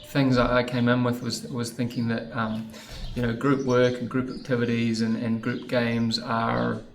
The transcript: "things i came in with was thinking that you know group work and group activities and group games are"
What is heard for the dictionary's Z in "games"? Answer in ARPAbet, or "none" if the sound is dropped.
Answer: Z